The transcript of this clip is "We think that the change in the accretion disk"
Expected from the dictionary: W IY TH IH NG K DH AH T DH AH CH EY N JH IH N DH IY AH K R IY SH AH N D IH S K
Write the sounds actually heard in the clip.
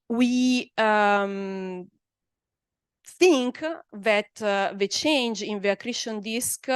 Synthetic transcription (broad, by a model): W IY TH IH NG K DH AH T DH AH CH EY N JH IH N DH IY AH K R IY SH AH N D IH S K